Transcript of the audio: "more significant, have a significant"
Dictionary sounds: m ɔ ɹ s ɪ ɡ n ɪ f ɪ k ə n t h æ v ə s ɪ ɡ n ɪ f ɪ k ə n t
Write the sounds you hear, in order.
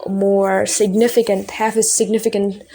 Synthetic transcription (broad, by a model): m ɔ ɹ s ɪ ɡ n ɪ f ɪ k ə n t h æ f ə s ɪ ɡ n ɪ f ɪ k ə n t